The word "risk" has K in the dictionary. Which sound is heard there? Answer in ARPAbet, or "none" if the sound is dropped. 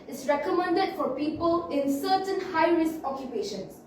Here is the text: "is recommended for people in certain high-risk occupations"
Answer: none